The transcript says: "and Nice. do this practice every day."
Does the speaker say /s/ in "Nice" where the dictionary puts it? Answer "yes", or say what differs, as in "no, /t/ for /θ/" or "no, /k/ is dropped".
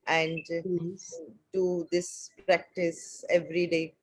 no, /s/ is dropped